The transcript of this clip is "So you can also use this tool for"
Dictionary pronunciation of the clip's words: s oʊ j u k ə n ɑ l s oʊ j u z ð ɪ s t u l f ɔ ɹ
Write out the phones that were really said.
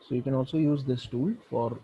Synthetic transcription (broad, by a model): s oʊ j u k ə n ɑ l s oʊ j u z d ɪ s t u l f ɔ ɹ